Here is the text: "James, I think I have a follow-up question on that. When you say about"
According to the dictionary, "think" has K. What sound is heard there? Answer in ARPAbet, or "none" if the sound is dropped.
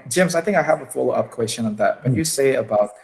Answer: K